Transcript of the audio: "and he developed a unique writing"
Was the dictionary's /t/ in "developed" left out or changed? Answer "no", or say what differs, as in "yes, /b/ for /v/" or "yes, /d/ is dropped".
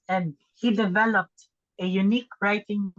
no